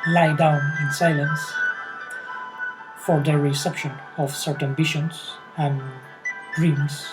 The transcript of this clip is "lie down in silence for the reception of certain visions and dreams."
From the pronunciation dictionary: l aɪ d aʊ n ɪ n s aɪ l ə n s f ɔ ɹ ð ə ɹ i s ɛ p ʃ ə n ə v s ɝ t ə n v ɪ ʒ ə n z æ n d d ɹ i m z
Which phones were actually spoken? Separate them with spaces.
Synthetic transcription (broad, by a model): l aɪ d aʊ n ɪ n s aɪ l ə n s f ɔ ɹ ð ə ɹ i s ɛ p ʃ ə n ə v s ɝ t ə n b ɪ ʃ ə n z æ n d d ɹ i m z